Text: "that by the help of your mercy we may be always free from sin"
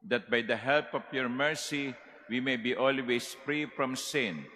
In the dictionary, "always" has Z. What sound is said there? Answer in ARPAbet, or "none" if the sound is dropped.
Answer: S